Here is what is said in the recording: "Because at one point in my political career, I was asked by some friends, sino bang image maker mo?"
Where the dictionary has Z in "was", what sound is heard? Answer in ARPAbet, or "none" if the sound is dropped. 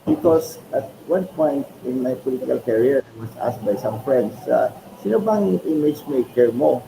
S